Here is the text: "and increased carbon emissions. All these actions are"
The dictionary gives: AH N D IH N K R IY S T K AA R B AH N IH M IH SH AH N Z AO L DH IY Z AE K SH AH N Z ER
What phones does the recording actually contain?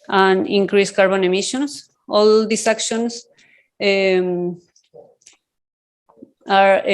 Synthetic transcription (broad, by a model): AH N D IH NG K R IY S K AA R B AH N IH M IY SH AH N S AO L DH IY S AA K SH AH N S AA